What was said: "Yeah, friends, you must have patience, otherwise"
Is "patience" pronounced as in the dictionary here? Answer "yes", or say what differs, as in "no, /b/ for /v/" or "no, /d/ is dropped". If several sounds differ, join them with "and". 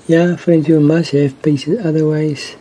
no, /s/ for /ʃ/